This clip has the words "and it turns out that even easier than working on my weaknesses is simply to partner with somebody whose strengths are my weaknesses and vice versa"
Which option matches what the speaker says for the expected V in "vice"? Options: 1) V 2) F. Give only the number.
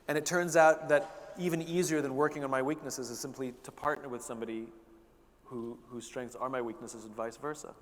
1